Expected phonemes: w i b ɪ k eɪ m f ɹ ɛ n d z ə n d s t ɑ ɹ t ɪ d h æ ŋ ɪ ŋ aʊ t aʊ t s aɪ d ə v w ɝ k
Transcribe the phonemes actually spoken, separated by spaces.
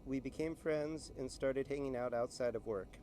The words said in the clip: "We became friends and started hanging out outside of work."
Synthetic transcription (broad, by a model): w i b ɪ k eɪ m f ɹ ɛ n d z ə n s t ɑ ɹ t ɪ d h æ ŋ ɪ ŋ aʊ t aʊ t s aɪ d ə v w ɝ k